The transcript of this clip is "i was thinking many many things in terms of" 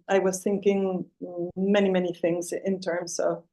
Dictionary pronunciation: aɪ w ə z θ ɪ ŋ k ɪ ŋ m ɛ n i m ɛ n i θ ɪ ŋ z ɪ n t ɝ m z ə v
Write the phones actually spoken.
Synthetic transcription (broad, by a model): aɪ w ə z θ ɪ ŋ k ɪ ŋ m ɛ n i m ɛ n i θ ɪ ŋ z ɪ n t ɝ m z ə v